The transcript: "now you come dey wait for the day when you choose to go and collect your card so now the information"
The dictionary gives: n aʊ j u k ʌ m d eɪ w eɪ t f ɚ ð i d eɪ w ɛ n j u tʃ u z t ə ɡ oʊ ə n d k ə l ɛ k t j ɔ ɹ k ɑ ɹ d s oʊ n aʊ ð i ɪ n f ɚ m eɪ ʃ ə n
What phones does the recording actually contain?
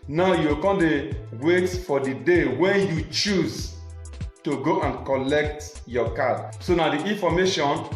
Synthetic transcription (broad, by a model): n aʊ j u k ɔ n d eɪ w eɪ t f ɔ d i d eɪ w ɛ n j u tʃ u z t ə ɡ oʊ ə n k ə l ɛ k t j ɔ k ɑ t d s oʊ n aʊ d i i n f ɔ m eɪ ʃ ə n